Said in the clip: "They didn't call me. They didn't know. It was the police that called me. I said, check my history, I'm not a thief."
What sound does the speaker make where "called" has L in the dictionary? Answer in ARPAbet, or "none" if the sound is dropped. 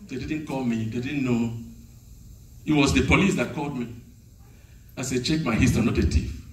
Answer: L